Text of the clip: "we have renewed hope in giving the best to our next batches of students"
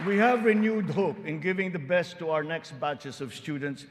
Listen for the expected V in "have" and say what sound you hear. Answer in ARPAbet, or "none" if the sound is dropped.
V